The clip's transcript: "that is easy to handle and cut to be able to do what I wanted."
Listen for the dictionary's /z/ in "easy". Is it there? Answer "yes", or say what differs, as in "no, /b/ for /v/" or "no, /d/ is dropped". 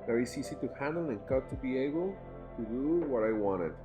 no, /s/ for /z/